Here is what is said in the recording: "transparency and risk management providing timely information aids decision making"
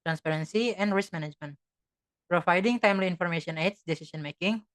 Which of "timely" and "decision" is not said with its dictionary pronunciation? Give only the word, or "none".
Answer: decision